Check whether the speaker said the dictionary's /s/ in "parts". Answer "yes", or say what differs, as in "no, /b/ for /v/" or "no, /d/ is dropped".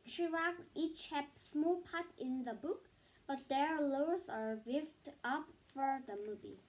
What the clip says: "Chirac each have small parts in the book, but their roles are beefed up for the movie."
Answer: no, /s/ is dropped